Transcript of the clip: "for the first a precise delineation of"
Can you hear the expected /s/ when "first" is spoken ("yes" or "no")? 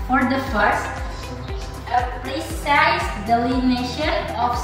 yes